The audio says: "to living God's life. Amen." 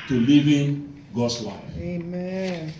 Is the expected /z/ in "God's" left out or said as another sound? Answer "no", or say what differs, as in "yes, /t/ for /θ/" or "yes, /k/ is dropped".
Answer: yes, /s/ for /z/